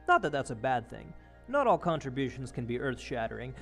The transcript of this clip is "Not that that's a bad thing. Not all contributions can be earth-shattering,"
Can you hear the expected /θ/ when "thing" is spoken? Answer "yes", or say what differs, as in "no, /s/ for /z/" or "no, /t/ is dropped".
yes